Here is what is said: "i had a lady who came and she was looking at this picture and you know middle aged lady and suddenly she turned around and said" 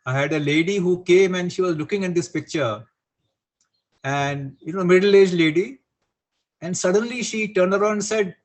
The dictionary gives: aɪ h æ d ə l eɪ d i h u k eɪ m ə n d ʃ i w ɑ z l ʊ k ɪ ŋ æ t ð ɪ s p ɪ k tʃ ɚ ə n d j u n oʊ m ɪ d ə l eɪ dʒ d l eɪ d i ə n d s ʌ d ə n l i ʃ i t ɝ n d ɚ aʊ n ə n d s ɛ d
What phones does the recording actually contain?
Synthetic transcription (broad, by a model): aɪ h æ d ə l eɪ d i h u k eɪ m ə n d ʃ i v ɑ z l ʊ k ɪ ŋ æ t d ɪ s p ɪ k tʃ ɚ ə n d j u n oʊ m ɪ d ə l eɪ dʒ l eɪ d i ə n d s ʌ d ə n l i ʃ i t ɝ n d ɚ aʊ ə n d s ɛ d